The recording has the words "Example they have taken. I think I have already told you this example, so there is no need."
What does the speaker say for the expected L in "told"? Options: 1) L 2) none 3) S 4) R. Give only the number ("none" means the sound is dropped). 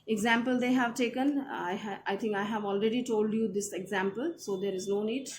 1